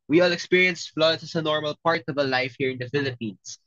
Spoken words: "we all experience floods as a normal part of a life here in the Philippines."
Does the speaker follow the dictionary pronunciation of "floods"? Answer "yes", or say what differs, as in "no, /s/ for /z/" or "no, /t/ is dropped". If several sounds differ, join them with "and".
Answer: no, /s/ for /z/